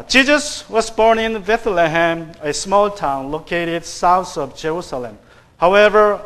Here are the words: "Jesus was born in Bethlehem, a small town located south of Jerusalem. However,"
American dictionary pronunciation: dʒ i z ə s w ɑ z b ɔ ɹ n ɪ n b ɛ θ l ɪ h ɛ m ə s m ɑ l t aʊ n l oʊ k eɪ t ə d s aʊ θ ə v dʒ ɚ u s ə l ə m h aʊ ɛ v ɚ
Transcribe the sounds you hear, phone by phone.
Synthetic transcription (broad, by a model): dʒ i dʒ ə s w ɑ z b ɔ ɹ n ɪ n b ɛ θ l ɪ h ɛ m ə s m ɑ l t aʊ n l oʊ k eɪ t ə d s aʊ t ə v dʒ ɚ u s ə l ə m h aʊ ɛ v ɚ